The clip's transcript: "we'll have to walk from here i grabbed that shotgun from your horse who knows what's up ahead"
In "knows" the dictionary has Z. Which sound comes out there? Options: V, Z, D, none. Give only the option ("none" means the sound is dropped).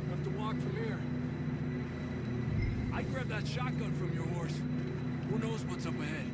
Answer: Z